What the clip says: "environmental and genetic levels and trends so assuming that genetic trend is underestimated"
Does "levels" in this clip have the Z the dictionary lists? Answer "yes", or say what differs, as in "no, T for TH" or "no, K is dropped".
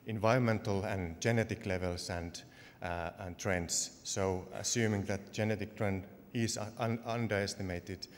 no, S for Z